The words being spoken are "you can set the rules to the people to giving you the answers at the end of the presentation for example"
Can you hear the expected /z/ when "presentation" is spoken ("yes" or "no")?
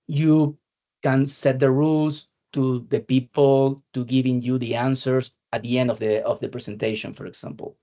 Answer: no